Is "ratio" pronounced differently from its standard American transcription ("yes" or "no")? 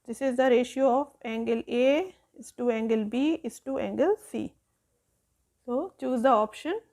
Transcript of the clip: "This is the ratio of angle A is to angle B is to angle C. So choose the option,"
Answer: no